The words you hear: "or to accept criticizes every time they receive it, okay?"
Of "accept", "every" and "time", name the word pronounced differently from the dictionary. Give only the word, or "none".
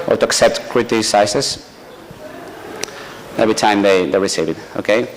none